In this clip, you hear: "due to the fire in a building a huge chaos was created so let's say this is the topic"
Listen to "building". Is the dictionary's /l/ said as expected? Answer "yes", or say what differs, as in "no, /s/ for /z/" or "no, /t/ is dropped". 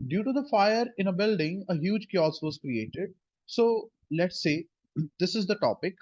yes